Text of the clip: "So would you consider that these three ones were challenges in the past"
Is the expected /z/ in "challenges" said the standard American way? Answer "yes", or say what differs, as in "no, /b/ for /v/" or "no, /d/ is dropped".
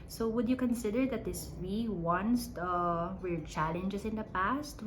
no, /s/ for /z/